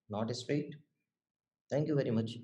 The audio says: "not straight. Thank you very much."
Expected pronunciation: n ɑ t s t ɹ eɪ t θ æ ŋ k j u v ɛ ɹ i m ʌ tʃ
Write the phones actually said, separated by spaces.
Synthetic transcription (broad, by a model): n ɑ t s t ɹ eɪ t t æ ŋ k j u v ɛ ɹ i m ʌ tʃ